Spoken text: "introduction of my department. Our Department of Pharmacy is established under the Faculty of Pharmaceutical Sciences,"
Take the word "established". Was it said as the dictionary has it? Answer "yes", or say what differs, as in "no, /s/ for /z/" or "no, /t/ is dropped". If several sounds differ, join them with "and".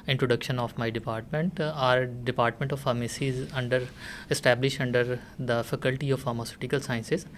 yes